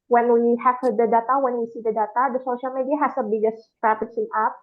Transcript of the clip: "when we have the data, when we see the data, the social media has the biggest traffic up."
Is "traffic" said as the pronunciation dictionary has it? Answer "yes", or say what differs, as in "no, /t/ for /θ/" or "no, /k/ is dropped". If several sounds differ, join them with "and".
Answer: no, /p/ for /f/